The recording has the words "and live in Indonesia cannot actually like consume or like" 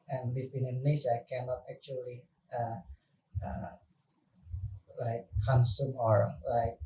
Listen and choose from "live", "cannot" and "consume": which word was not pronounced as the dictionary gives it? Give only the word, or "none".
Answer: live